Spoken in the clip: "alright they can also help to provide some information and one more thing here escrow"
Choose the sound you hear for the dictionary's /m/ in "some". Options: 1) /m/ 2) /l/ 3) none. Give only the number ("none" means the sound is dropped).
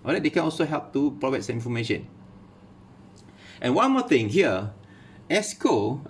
3